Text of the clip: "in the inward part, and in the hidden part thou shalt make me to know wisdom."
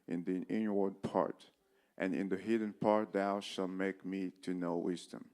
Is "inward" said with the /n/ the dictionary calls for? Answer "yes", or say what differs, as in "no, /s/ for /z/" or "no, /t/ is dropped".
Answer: yes